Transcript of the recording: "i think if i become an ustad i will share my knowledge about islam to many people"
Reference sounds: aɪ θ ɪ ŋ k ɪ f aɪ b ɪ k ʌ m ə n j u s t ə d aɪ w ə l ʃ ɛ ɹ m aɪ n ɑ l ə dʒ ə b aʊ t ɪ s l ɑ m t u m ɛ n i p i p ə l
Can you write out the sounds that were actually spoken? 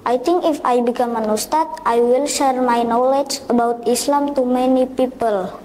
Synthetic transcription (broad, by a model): aɪ t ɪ ŋ k ɪ f aɪ b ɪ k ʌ m ə n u s t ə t aɪ w ə l ʃ ɛ ɹ m aɪ n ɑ l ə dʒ ə b aʊ t ɪ s l ɑ m t u m ɛ n i p i p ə l